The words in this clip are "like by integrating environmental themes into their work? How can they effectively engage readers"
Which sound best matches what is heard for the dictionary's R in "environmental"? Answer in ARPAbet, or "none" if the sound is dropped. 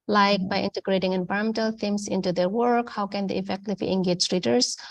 none